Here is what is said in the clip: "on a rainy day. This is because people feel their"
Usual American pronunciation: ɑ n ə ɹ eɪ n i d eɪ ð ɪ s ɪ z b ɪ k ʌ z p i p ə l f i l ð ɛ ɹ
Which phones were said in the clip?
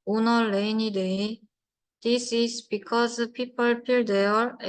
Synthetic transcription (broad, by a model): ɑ n ə l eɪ n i d eɪ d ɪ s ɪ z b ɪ k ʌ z p i p ə l p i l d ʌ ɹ